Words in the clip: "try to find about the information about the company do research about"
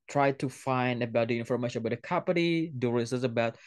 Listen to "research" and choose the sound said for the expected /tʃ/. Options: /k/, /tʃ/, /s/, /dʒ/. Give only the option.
/s/